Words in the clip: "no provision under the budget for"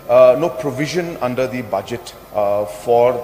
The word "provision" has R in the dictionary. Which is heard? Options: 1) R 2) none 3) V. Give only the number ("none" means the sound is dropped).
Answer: 1